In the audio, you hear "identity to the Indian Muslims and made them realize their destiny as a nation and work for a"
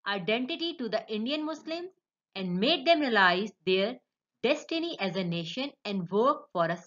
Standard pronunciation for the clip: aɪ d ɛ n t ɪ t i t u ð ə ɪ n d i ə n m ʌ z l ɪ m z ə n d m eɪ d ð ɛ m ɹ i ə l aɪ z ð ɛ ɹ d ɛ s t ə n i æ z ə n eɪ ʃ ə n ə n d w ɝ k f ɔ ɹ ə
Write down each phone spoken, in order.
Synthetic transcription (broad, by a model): aɪ d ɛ n t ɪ t i t u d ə ɪ n d i ə n m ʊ s l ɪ m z ə n d m eɪ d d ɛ m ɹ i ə l aɪ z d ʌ ɹ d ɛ s t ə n i æ z ə n eɪ ʃ ə n ə n d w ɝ k f ɔ ɹ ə